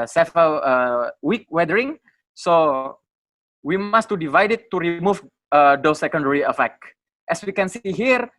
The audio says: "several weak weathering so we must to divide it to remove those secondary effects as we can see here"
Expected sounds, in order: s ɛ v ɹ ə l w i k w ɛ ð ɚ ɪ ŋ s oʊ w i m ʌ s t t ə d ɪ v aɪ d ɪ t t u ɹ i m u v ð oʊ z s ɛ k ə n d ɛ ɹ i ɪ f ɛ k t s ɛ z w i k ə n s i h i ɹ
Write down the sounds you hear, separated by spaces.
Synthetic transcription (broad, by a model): s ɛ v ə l w i k w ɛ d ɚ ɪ ŋ s oʊ w i m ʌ s t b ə d ɪ v aɪ d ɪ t t u ɹ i m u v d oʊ s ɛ k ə n d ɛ ɹ i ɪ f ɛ k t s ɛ s w i k ə n s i h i ɹ